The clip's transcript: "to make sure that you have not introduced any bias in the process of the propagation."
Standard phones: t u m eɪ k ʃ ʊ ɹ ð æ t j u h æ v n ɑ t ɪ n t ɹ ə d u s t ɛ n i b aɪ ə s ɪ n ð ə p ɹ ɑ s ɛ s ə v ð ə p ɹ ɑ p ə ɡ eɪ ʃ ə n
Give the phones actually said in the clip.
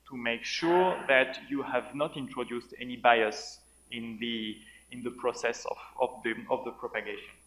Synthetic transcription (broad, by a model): t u m eɪ k ʃ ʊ ɹ ð æ t j u h æ v n ɑ t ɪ n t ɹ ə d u s t ɛ n i b aɪ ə s ɪ n ð ə p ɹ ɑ s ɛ s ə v ð ə p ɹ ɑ p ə ɡ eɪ ʃ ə n